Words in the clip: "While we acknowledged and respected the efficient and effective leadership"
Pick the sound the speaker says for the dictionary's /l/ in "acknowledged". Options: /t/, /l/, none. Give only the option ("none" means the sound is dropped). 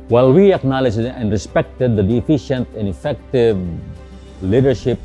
/l/